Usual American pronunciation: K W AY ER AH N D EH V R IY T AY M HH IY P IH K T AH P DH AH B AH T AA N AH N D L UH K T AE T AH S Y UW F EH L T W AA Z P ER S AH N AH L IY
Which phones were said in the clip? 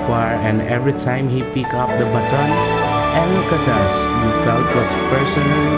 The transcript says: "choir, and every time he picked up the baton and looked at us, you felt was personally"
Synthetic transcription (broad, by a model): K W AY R AH N D EH V R IY T AY M HH IY P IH K AH P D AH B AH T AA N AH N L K AH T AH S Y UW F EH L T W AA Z P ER S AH N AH L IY